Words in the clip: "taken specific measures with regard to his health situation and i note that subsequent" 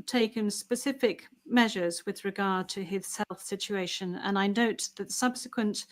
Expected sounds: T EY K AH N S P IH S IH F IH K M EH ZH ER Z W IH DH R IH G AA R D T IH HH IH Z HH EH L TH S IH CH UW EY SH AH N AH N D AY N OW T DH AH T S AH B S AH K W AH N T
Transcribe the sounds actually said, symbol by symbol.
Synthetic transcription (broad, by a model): T EY K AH N S P IH S IH F IH K M EH ZH ER Z W IH DH R IH G AA R D T IH IH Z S EH L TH S IH CH UW EY SH AH N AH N AY N OW T DH AH T S AH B S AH K W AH N T